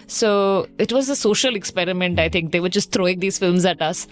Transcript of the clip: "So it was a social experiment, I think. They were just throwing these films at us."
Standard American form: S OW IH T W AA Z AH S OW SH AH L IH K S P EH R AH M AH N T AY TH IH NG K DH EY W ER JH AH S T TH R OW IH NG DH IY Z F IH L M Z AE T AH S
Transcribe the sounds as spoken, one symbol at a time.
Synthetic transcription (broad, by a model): S OW IH T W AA Z AH S OW SH AH L IH K S P EH R AH M AH N T AY T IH NG K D EY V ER JH AH S T T R OW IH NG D IY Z F IH L M Z AE T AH S